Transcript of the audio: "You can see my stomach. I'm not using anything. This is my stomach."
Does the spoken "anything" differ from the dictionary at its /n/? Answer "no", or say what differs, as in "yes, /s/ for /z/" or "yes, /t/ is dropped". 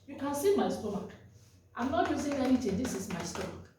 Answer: yes, /l/ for /n/